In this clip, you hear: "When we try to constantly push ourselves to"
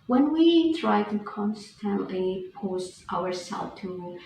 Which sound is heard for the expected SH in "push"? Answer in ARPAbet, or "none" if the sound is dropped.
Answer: S